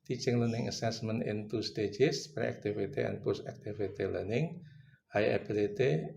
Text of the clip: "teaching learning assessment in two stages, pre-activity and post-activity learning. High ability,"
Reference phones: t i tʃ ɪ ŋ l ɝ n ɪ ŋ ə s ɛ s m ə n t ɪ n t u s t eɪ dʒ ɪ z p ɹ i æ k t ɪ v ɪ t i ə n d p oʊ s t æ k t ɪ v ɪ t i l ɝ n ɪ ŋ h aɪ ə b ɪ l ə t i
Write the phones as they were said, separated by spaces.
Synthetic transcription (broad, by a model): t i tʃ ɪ ŋ l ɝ n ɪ ŋ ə s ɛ s m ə n ɪ n t u s t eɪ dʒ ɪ s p ɹ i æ k t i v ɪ t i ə n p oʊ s æ k t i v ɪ t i l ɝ n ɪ ŋ h aɪ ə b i l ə t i